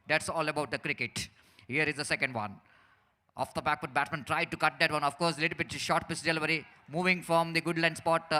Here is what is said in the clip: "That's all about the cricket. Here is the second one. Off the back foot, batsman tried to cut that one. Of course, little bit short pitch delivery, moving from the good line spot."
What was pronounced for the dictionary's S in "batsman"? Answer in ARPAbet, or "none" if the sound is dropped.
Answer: none